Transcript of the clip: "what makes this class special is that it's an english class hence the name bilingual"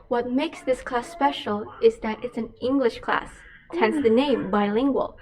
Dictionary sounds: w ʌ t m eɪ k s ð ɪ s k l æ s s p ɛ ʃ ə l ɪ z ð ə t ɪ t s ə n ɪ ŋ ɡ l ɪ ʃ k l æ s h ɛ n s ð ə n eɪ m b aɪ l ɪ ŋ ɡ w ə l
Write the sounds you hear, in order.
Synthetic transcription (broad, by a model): w ʌ t m eɪ k s ð ɪ s k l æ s s p ɛ ʃ l ɪ z ð ə t ɪ t s ə n ɪ ŋ ɡ l ɪ ʃ k l æ s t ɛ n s ð ə n eɪ m b aɪ l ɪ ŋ ɡ w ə l